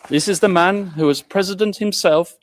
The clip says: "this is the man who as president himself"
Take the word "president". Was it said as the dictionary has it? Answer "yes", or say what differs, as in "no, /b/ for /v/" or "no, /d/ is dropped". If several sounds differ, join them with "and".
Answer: yes